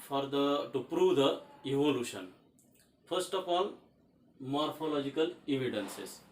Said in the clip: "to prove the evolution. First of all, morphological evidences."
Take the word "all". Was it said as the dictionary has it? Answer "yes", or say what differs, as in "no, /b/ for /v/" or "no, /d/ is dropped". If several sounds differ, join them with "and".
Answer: no, /n/ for /l/